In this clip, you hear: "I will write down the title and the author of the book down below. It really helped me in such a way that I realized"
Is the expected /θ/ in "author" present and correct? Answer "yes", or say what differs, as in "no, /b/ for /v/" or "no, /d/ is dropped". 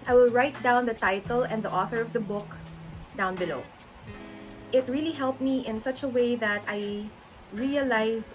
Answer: yes